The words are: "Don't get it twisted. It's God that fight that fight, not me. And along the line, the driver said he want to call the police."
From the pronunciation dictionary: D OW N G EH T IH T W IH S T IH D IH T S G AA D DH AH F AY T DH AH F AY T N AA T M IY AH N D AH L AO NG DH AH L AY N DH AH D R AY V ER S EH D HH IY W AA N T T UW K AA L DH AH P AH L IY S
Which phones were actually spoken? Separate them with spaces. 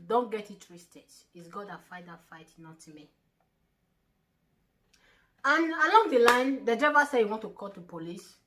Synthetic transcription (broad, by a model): D OW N G EH T IH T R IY S T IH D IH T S G AA D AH F AY T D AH F AY T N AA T M IY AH N AH L AO NG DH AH L AY N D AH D EH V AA S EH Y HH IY W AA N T T UW K AA L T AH P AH L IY S